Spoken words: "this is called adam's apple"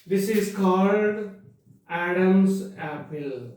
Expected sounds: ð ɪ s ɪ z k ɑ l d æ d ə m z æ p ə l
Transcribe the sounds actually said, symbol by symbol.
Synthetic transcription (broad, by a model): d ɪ s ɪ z k ɑ l d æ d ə m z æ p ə l